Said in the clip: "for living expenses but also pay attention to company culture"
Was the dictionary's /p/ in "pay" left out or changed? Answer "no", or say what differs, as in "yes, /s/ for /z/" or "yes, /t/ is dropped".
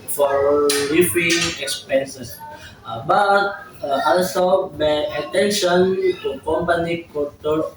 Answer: yes, /b/ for /p/